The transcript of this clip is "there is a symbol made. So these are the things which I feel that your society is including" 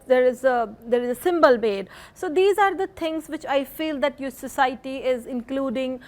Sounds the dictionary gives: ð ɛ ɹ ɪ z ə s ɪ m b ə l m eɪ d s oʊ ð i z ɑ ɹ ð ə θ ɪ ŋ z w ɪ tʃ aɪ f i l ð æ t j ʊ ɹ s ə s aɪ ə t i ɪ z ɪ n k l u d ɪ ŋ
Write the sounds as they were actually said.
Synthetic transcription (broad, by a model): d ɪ ɹ ɪ z ə s ɪ m b ə l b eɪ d s oʊ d i z ɑ ɹ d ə t ɪ ŋ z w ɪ tʃ aɪ f i l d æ t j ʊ s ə s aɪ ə t i ɪ z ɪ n k l u d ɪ ŋ